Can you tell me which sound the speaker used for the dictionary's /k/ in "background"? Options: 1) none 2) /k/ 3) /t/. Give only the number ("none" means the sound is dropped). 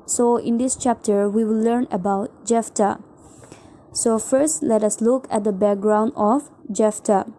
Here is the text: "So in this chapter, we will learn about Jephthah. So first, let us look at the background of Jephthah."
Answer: 2